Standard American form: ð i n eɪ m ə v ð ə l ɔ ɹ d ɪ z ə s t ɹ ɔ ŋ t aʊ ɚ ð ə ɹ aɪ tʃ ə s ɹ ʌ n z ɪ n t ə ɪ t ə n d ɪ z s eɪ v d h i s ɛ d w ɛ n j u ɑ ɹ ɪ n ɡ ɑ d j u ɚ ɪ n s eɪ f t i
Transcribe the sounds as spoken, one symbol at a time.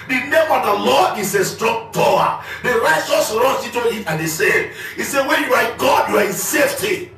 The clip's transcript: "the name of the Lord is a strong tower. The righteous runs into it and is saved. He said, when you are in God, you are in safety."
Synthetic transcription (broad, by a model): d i n eɪ m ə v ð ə l ɔ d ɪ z ə s t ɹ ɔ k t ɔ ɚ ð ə ɹ aɪ tʃ ə s ɹ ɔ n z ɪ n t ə ɪ t ə n d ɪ s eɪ d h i s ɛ w ɛ n j u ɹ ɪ ɡ ɑ d j u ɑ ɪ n s eɪ f t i